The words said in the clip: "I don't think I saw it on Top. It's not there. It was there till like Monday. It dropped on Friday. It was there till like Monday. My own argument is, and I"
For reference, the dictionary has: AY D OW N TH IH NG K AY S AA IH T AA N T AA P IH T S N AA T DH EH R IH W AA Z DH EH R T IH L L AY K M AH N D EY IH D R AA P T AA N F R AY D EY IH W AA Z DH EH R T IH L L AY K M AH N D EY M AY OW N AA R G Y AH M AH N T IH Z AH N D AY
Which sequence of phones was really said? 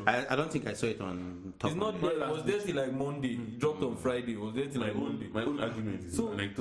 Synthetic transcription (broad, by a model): AY D OW N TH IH NG K AY S AA IH T AA N T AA IH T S N AA T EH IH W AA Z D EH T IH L L AY K M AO N D EY IH D R AA P T AA N F R AY D EY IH W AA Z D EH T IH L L AY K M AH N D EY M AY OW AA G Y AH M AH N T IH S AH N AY